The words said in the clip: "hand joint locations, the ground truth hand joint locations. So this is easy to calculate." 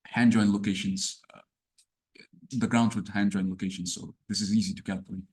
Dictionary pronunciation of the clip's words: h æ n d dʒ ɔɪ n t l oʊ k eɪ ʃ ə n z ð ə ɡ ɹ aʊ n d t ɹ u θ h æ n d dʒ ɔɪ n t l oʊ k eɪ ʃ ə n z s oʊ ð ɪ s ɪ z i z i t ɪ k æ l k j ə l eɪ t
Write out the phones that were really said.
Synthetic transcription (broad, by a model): h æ n dʒ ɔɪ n l oʊ k eɪ ʃ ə n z ð ə ɡ ɹ aʊ n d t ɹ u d h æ n dʒ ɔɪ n l oʊ k eɪ ʃ ə n z s oʊ ð ɪ s ɪ z i z i t ɪ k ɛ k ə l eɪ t